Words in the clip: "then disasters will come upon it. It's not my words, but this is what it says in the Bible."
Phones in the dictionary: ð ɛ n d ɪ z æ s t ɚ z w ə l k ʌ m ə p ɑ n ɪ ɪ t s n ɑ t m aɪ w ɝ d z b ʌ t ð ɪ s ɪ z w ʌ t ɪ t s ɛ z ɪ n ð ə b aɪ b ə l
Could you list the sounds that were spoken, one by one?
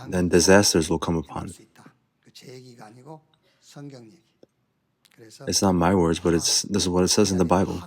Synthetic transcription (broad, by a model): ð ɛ n d ɪ z æ s t ɚ z w ə l k ʌ m ə p ɑ n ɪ ɪ t s n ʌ t m aɪ w ɝ d z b ʌ t ð ɪ s ɪ z w ʌ t ɪ t s ɛ z ɪ n ð ə b aɪ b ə l